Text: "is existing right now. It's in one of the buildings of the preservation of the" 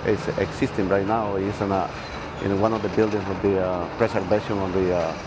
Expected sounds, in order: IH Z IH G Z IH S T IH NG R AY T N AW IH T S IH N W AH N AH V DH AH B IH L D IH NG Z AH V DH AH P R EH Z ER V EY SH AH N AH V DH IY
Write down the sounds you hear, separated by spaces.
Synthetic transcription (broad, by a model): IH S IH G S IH S T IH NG R AY T N AW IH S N IH N W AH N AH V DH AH B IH L D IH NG S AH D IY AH P R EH S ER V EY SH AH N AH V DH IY